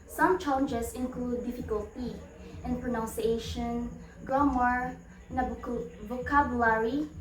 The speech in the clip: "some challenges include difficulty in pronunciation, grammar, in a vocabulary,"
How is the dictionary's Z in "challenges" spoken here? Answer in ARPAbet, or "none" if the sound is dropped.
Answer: S